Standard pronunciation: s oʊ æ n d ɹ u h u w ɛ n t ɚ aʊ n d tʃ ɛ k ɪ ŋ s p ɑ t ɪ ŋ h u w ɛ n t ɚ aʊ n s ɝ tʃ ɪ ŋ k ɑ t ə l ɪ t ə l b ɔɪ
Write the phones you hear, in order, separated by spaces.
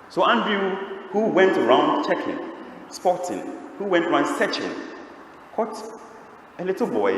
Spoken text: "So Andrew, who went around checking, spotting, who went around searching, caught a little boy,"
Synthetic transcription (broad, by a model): s oʊ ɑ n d u h u w ɛ n t ɚ aʊ n d tʃ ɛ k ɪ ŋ s p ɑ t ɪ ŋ h u w ɛ n t ɚ aʊ n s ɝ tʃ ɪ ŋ k ɑ t ə l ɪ t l b ɔɪ